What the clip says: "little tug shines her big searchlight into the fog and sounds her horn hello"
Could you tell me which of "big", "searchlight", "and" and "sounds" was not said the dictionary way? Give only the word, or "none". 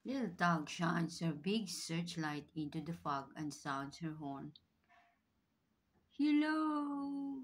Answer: sounds